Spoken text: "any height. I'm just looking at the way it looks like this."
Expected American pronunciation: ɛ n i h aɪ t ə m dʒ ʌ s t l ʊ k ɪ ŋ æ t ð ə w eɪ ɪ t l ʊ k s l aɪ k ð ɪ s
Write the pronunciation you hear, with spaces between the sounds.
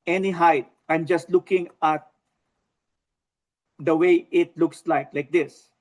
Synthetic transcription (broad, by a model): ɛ n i h aɪ t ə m dʒ ʌ s t l ʊ k ɪ ŋ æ t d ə w eɪ ɪ t l ʊ k s l aɪ k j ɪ s